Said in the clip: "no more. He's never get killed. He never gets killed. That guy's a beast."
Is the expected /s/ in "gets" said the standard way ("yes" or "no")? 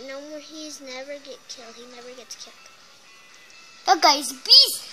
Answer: yes